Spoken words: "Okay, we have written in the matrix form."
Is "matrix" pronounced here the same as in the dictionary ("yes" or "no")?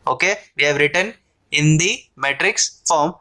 yes